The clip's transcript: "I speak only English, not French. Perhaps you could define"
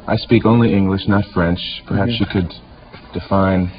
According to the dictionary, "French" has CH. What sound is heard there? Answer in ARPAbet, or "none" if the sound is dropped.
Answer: CH